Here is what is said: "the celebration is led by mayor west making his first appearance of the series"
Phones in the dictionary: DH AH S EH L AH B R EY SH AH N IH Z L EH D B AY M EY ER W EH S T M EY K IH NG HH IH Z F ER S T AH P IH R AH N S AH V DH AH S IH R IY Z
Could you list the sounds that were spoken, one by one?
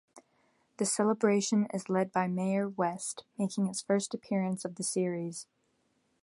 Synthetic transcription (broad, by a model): DH AH S EH L AH B R EY SH AH N IH Z L EH D B AY M EY ER W EH S T M EY K IH NG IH S F ER S T AH P IH R AH N S AH V DH AH S IH R IY Z